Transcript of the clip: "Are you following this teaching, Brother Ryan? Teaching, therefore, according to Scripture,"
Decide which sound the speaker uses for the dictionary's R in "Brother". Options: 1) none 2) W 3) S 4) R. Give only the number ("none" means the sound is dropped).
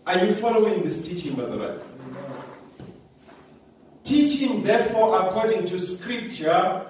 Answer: 1